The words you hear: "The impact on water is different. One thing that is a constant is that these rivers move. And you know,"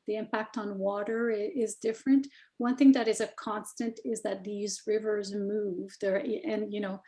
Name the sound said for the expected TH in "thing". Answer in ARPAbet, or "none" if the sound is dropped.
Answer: TH